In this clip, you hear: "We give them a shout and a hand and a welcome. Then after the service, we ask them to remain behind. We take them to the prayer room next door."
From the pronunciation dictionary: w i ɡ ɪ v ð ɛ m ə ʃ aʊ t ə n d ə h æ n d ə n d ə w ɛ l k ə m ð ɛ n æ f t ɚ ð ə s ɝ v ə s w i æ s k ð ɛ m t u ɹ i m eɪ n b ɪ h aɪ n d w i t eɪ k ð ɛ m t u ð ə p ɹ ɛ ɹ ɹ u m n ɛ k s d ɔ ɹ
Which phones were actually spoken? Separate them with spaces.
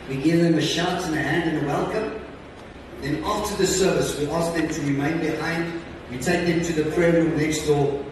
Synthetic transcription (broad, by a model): w i ɡ ɪ v ð ɛ m ə ʃ aʊ t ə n ə h æ n d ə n ə w ɛ l k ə m ð ɛ n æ f t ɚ ð ə s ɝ v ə s w i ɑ s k ð ɛ m t u ɹ i m eɪ n b ɪ h aɪ n d w i t eɪ k ð ɛ m t u ð ə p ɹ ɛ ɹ ɹ u m n ɛ k s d ɔ